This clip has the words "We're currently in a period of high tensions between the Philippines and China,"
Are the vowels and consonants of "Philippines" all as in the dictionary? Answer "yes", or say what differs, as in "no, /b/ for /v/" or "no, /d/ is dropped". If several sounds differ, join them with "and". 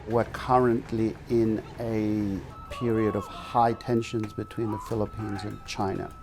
yes